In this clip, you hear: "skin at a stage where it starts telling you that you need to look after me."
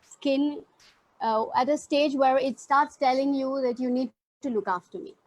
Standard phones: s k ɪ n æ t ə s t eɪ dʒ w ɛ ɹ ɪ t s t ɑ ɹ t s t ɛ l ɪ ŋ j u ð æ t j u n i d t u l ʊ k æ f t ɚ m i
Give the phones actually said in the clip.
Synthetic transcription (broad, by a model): s k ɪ n æ t ə s t eɪ dʒ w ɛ ɹ ɪ t s t ɑ ɹ t s t ɛ l ɪ ŋ j u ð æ t j u n i d t u l ʊ k æ f t ɚ m i